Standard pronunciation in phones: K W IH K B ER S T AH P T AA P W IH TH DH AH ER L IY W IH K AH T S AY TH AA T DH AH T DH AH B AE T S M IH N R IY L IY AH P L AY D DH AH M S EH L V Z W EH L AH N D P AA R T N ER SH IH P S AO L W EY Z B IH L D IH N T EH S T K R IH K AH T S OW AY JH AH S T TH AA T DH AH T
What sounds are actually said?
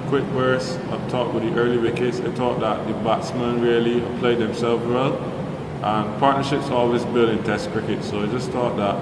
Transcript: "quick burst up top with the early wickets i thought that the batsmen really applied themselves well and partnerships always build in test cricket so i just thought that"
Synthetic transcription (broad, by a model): K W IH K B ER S AH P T AA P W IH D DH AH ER L IY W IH K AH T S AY T AA T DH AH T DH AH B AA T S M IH N R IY L IY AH P L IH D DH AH M S EH L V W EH L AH N P AA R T N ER SH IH P S AO L W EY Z B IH L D IH N T EH S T K R IH K AH T S OW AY JH AH S T AA T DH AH T